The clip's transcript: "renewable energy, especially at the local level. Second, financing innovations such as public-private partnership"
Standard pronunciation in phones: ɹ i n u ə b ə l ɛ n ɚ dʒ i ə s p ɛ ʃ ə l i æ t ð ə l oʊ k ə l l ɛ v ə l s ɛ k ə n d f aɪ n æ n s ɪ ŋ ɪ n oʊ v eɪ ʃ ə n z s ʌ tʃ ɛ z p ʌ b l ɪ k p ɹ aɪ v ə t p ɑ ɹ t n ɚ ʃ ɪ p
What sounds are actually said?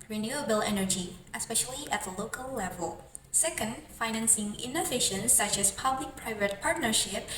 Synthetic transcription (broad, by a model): ɹ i n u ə b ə l ɛ n ɚ dʒ i ə s p ɛ ʃ ə l i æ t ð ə l oʊ k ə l l ɛ v ə l s ɛ k ə n d f aɪ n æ n s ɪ ŋ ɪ n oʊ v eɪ ʃ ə n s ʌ tʃ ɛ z p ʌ b l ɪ k p ɹ aɪ v ə t p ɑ ɹ t n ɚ ʃ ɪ p